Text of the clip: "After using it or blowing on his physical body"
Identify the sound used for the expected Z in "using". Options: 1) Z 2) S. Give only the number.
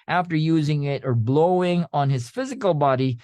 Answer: 1